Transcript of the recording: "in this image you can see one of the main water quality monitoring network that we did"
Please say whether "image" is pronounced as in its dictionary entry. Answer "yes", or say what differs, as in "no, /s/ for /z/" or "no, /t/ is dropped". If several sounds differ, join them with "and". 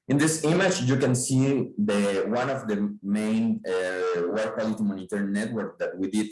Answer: no, /tʃ/ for /dʒ/